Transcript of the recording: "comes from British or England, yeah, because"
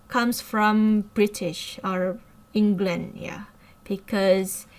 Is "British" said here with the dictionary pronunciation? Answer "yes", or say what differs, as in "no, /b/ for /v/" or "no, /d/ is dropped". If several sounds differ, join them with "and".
yes